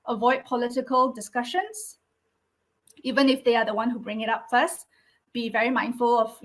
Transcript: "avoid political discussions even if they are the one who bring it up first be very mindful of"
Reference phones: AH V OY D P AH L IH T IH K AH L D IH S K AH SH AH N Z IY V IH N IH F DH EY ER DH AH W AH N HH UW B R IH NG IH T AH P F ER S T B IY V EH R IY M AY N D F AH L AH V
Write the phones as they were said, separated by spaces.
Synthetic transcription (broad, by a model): AH V OY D P AH L IH T IH K AH L D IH S K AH SH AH N S IY V IH N IH F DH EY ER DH AH W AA N HH UW B R IH NG IH T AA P F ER S T B IY V EH R IY M AY N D F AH L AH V